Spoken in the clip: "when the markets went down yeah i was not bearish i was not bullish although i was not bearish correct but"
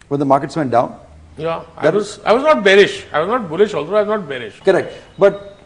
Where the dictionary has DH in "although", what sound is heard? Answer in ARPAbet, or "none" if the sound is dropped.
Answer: none